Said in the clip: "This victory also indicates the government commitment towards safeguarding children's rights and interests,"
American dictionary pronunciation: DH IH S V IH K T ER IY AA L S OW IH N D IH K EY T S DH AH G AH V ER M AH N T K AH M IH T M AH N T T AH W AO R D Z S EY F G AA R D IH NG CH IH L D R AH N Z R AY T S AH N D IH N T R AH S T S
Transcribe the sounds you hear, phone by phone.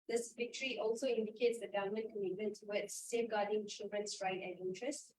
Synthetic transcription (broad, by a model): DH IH S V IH K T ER IY AA L S OW IH N D IH K EY T S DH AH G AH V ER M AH N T K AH M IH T M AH N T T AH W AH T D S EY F G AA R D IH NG CH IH L D R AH N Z R AY T AH N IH N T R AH S T